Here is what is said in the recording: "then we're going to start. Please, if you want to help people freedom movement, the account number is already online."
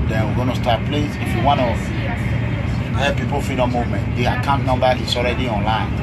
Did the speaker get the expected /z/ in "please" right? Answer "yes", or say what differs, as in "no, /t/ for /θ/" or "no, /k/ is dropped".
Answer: no, /s/ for /z/